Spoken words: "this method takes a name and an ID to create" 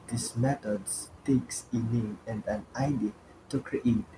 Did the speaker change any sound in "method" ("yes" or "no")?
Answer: yes